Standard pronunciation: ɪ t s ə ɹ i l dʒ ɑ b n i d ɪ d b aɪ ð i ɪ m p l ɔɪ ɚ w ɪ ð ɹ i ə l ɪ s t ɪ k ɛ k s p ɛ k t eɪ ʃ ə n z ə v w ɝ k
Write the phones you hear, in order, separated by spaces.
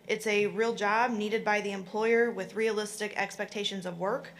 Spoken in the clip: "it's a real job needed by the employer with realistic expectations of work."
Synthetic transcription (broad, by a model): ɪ t s ə ɹ i l dʒ ɑ b n i d ɪ d b aɪ ð i ɪ m p l ɔɪ ɚ w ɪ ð ɹ i ə l ɪ s t ɪ k ɛ k s p ɛ k t eɪ ʃ ə n z ə v w ɝ k